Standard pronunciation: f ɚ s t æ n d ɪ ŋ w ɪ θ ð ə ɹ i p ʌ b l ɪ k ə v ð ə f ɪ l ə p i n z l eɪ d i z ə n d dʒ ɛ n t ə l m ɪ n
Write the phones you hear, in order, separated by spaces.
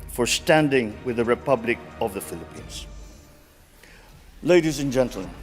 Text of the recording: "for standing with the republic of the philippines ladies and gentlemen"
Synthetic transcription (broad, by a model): f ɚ s t æ n d ɪ ŋ w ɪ ð ə ɹ i p ʌ b l ɪ k ə v ð ə f ɪ l ə p i n z l eɪ d i z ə n dʒ ɛ n t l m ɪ n